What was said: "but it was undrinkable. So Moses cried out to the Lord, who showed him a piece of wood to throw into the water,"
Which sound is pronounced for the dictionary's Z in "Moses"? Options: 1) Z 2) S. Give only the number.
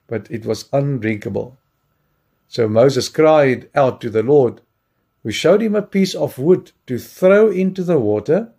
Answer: 1